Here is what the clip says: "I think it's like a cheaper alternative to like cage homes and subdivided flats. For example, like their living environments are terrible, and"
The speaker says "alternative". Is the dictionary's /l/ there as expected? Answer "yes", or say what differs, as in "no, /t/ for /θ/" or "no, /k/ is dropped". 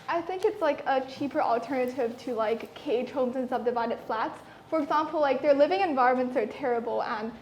yes